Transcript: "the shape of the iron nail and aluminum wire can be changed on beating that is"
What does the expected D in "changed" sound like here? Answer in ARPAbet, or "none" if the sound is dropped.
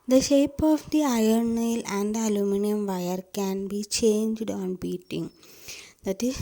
D